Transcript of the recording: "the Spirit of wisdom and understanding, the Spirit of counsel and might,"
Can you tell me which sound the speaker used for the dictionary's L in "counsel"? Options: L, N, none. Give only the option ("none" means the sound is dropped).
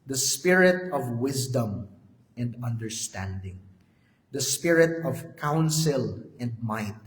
L